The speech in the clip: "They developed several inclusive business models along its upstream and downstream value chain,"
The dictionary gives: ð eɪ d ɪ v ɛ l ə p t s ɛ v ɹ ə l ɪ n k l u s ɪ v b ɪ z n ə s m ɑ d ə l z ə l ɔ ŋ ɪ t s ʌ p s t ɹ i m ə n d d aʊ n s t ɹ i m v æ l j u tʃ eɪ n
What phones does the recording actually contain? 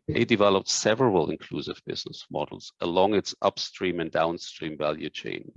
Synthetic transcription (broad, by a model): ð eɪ d ɪ v ɛ l ə p t s ɛ v ɹ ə l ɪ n k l u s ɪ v b ɪ z n ə s m ɑ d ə l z ə l ɔ ŋ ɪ t s ʌ p s t ɹ i m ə n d d aʊ n s t ɹ i m v æ l j u tʃ eɪ n